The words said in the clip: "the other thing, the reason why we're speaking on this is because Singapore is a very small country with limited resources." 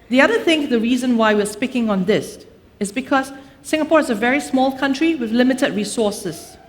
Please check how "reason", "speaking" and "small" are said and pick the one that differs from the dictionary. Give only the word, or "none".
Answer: none